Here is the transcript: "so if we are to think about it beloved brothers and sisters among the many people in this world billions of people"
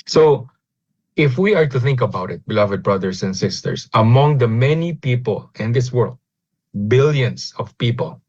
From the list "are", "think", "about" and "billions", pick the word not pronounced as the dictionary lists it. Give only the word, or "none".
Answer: billions